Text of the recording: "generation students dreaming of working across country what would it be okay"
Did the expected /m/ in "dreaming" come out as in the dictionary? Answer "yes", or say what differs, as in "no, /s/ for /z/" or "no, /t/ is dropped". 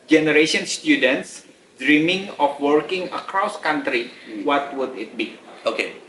yes